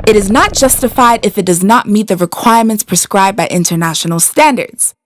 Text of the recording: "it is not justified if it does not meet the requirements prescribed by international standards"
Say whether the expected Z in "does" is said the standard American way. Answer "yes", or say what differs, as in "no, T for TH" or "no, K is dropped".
yes